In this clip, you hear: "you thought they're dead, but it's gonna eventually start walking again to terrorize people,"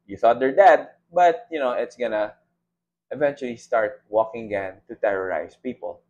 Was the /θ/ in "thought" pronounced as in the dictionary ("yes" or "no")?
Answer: yes